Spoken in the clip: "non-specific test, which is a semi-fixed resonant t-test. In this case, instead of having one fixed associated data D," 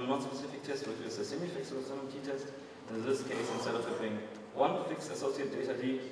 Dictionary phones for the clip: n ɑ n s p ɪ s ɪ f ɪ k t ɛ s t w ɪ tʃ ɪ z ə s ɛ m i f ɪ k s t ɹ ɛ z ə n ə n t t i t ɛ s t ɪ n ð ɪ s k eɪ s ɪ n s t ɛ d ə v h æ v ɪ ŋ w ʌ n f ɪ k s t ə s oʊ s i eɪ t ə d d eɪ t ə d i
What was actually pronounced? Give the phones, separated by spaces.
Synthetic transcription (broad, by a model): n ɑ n s p ɪ s ɪ f ɪ k t ɛ s t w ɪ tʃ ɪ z ə s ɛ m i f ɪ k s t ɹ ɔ s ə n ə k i t ɛ s t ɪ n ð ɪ s k eɪ s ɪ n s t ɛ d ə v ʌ f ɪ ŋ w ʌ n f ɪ k s ə s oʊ s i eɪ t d d eɪ t ə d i